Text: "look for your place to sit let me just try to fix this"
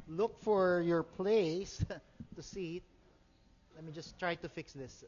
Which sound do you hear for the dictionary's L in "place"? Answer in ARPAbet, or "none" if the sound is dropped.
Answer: L